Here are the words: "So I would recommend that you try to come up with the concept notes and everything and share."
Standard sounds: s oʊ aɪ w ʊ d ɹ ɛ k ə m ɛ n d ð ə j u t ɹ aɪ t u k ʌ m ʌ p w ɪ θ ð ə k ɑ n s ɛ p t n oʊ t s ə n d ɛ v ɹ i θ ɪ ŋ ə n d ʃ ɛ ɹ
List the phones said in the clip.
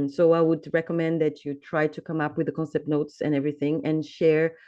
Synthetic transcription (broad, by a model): s oʊ aɪ w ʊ d ɹ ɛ k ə m ɛ n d ð ə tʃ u t ɹ aɪ t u k ʌ m ʌ p w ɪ ð ə k ɑ n s ɛ p t n oʊ t s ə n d ɛ v ɹ i θ ɪ ŋ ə n ʃ ɛ ɹ